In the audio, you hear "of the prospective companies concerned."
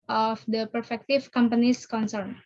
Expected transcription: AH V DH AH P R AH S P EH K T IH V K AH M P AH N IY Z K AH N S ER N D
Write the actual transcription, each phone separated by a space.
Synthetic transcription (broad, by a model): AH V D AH P AH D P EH K T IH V K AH M P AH N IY S K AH N S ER N